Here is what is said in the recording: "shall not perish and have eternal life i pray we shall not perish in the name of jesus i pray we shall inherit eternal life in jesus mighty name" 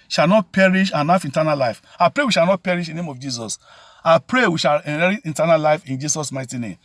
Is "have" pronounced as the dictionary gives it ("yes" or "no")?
no